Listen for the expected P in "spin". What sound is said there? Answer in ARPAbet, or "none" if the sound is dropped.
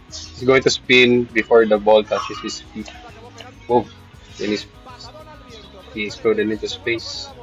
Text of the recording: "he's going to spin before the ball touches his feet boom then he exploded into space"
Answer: P